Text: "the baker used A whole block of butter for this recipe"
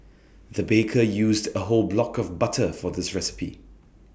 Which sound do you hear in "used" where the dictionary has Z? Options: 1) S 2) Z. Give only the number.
2